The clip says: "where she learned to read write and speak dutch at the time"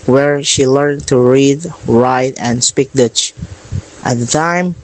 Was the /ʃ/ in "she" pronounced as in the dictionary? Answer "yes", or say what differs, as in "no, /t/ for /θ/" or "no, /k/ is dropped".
yes